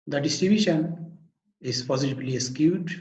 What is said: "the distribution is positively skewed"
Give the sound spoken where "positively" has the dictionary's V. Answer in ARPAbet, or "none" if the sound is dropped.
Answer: B